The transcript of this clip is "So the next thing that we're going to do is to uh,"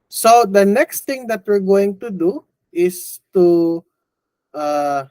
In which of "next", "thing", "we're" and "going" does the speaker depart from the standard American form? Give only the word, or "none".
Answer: thing